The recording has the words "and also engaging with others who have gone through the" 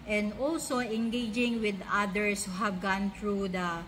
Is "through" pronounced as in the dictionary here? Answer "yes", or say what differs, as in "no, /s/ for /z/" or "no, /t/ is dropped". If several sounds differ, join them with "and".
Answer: no, /t/ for /θ/